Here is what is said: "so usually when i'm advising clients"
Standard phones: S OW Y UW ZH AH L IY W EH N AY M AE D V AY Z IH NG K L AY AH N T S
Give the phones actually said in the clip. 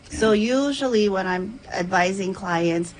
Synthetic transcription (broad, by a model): S OW Y UW ZH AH L IY W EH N AY M AE D V AY Z IH NG K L AY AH N T S